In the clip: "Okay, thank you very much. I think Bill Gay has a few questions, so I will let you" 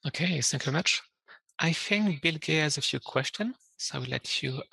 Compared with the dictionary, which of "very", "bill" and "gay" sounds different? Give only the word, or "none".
none